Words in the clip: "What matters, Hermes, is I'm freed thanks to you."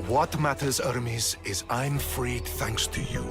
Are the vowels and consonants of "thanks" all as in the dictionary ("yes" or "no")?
yes